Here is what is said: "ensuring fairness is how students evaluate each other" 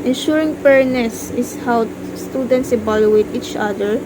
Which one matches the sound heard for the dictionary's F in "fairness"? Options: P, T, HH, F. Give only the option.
P